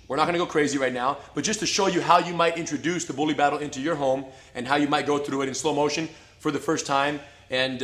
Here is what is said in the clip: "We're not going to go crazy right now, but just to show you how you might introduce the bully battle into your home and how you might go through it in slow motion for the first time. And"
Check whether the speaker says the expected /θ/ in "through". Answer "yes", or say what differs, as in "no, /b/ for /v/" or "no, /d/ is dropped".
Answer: yes